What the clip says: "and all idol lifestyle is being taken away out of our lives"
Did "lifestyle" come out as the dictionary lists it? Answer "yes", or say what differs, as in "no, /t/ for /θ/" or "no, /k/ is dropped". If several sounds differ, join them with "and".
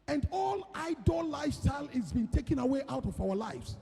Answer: no, /f/ is dropped